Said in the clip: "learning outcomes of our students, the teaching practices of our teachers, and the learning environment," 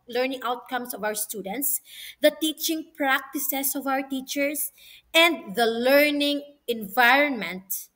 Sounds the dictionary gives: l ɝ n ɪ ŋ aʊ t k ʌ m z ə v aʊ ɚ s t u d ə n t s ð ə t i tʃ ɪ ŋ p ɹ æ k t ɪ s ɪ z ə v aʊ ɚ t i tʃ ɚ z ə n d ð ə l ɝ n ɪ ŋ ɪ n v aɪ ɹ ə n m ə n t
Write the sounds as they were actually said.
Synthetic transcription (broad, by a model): l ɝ n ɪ ŋ aʊ t k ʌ m s ə v aʊ ɚ s t u d ə n t s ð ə t i tʃ ɪ ŋ p ɹ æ k t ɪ s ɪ s ə v aʊ ɚ t i tʃ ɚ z ə n d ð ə l ɝ n ɪ ŋ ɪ n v aɪ ɹ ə n m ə n t